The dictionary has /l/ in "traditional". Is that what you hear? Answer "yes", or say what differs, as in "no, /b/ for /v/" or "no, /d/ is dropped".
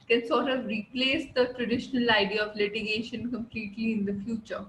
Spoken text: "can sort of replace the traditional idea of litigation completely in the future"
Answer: yes